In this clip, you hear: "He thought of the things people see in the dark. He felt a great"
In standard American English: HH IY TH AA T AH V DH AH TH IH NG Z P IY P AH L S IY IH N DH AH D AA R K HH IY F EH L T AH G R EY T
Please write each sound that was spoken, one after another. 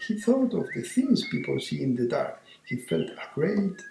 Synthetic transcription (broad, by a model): HH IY TH AA T AH V DH AH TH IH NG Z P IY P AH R S IY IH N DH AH D AA R K HH IY F EH L T AH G R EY T